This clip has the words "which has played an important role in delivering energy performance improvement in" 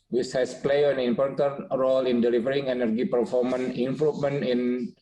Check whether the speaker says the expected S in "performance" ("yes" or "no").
no